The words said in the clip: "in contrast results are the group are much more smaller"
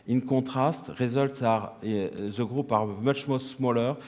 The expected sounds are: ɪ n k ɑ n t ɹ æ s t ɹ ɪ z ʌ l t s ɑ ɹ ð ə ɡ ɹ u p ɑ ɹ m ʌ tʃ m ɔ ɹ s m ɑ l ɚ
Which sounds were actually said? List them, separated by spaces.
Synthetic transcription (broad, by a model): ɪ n k ɑ t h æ s t ɹ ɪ z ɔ l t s ɑ ɹ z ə ɡ ɹ u p ɑ ɹ m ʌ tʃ m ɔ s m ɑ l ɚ